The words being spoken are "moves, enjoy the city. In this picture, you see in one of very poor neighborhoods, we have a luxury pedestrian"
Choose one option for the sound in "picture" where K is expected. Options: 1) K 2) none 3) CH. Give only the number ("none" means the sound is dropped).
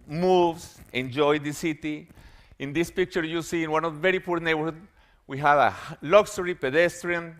1